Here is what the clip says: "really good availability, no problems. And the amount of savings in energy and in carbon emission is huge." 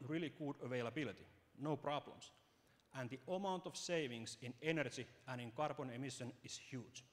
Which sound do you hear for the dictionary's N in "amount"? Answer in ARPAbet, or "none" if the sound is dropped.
N